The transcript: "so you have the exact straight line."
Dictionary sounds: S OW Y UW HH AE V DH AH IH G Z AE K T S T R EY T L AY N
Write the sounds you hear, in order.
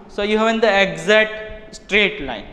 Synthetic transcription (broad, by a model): S OW Y UW HH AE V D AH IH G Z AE T S T R EY T L AY N